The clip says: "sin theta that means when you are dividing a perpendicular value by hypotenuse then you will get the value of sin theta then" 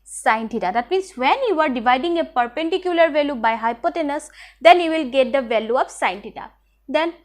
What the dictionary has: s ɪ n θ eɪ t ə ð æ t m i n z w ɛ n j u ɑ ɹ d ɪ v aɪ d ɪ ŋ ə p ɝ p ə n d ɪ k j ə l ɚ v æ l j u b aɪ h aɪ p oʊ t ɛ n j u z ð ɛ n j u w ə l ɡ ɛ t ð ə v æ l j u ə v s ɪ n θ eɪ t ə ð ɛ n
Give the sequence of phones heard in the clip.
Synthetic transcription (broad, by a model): s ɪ n t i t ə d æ t m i n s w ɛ n j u ɑ ɹ d ɪ v aɪ d ɪ ŋ ə p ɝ p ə n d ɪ k j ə l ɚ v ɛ l j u b aɪ h aɪ p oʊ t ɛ n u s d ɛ n j u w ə l ɡ ɛ t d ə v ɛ l j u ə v s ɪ n t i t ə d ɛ n